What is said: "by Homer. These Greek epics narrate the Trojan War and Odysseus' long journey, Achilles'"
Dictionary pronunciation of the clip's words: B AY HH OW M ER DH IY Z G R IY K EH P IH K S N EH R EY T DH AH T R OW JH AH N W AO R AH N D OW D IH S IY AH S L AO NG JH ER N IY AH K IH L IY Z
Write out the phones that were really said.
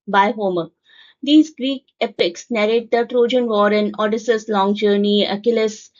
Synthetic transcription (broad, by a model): B AY HH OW M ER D IY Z G R IY K EH P IH K S N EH R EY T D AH T R OW JH AH N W AO R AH N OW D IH S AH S L AO NG JH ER N IY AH K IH L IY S